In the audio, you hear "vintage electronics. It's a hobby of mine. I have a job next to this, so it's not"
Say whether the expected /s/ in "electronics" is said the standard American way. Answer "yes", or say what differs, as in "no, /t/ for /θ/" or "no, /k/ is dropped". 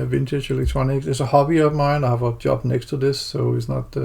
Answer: no, /s/ is dropped